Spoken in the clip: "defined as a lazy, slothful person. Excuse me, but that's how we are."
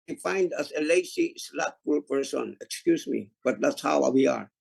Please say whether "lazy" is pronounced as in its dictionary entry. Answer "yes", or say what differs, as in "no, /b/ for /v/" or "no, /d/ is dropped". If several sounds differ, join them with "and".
no, /s/ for /z/